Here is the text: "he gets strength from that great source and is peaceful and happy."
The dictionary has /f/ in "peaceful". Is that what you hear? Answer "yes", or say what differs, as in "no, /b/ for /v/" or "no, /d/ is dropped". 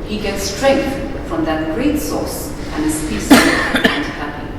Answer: no, /f/ is dropped